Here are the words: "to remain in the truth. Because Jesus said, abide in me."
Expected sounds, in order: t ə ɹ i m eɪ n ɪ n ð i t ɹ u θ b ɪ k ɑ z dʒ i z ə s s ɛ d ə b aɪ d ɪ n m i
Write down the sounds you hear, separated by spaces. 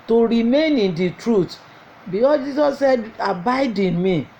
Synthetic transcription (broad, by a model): t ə ɹ i m eɪ n ɪ n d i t ɹ u t b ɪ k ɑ s dʒ i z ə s s ɛ d ə b aɪ d ɪ n m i